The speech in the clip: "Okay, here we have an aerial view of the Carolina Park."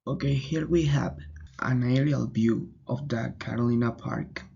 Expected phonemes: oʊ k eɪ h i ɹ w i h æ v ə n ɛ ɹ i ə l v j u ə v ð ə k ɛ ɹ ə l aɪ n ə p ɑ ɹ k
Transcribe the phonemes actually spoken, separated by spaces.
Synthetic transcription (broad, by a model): oʊ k eɪ h i ɹ w i h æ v ə n ɛ ɹ i ə l b j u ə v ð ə k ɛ ɹ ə l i n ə p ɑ ɹ k